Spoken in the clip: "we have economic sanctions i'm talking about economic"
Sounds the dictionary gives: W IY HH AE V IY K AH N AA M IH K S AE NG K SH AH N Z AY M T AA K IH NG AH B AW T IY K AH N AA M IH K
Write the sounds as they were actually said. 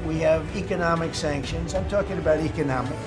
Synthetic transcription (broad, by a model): W IY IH V IY K AH N AA M IH K S AE NG K SH AH N Z AY M T AA K IH NG AH B AW T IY K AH N AA M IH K